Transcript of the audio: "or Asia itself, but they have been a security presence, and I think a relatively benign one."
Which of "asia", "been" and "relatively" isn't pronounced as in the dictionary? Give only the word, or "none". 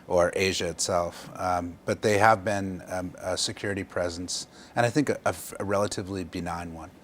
none